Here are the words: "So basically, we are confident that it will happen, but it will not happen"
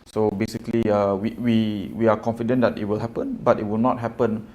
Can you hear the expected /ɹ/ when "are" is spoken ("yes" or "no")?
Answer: no